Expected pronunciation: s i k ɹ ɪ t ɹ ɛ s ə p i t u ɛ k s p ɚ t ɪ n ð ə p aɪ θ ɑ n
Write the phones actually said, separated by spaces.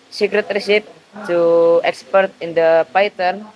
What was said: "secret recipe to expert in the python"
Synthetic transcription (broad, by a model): s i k ɹ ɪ t ɹ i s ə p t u ɛ k s p ɚ t ɪ n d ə p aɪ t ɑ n